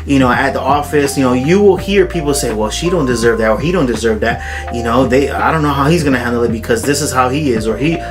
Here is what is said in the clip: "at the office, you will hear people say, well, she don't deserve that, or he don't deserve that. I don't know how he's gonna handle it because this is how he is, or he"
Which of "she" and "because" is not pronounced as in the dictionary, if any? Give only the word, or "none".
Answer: none